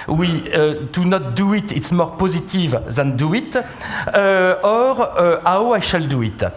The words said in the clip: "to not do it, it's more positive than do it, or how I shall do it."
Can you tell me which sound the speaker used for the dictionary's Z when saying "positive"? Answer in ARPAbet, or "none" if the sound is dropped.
Z